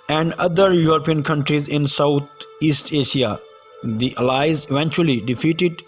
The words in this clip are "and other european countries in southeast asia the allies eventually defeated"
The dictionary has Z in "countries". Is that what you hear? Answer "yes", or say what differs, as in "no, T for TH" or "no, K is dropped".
yes